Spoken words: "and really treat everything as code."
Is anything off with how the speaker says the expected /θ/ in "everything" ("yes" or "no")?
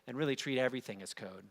no